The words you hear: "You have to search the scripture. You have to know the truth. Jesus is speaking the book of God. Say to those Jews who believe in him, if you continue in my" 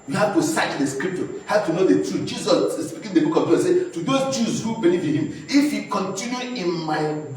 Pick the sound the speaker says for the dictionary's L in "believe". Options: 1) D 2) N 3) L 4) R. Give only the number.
2